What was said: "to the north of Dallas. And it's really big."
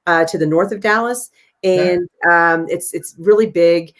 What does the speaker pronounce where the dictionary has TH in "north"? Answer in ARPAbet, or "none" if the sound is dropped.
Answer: TH